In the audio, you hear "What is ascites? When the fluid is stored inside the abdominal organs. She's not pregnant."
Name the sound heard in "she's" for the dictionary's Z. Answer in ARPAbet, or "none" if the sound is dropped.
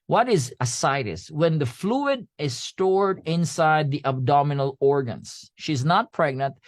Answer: Z